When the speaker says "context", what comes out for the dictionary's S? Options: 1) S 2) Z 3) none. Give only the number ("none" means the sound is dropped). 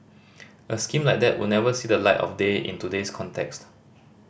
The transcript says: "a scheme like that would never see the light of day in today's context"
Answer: 1